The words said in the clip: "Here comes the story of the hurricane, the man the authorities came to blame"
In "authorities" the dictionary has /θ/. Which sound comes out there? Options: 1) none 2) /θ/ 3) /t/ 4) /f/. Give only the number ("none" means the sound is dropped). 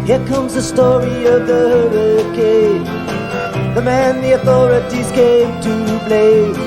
2